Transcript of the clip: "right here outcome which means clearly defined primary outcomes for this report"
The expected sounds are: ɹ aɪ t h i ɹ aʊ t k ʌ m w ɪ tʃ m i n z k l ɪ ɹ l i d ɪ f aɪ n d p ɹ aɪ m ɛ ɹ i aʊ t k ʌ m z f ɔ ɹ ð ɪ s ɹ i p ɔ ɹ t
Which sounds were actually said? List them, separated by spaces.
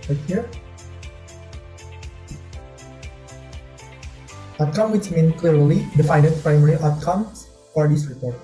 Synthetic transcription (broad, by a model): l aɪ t h i ɹ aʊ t k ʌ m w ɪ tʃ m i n k l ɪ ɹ l i d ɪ f aɪ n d p ɹ aɪ m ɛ ɹ i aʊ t k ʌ m s f ɔ ɹ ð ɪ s ɹ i p ɔ ɹ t